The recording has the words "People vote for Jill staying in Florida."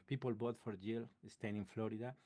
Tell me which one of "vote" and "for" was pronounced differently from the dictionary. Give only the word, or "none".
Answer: vote